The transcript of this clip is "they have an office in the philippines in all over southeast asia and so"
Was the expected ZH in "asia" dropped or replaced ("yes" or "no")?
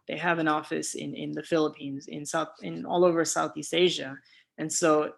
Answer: no